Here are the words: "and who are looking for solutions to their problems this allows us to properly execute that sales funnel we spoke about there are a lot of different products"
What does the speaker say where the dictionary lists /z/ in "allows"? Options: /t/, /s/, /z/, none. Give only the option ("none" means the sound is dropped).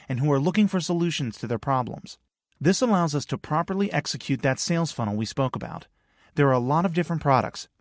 /z/